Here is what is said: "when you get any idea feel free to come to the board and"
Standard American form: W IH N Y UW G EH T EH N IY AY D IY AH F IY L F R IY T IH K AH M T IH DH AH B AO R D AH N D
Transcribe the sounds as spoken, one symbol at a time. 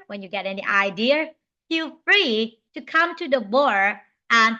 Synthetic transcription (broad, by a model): W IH N Y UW G EH T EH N IY AY D IY AH F IY L F R IY T IH K AH M T IH DH AH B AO R AH N